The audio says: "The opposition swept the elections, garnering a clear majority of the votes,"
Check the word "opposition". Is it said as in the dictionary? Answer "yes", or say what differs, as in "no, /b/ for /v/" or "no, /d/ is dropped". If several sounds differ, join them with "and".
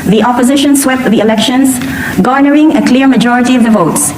yes